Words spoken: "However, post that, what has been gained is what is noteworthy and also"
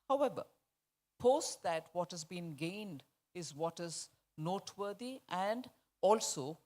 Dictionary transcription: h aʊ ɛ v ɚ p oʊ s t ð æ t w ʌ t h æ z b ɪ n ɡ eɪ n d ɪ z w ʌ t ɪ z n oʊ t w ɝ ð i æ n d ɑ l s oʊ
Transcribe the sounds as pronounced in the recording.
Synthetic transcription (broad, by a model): h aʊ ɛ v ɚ p oʊ s t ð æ t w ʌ t h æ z b ɪ n ɡ eɪ n d ɪ z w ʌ t ɪ z n oʊ t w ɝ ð i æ n d ɑ l s oʊ